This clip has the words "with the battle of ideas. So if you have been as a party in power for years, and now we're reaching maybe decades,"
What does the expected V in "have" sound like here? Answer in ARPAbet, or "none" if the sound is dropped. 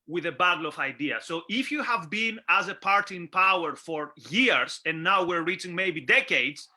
V